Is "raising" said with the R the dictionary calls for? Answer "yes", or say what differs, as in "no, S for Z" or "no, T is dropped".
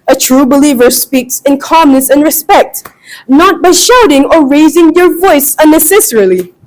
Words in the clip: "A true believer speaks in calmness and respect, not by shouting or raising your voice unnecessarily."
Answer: yes